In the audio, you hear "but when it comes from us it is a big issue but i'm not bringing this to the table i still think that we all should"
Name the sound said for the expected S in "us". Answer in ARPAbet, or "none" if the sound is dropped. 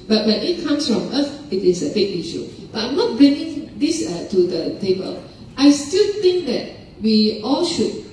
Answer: TH